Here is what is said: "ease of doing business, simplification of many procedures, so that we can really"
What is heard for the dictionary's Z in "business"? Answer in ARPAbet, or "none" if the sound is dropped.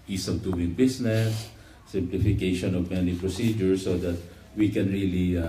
S